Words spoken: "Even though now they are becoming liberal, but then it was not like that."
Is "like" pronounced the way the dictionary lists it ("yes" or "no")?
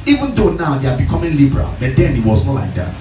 yes